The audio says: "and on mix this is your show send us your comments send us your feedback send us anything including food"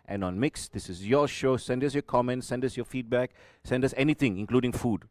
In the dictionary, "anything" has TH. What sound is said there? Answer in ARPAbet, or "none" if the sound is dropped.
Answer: T